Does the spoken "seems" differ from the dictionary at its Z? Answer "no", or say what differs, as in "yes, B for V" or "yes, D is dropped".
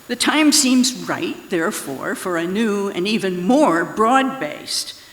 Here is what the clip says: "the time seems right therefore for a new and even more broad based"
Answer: no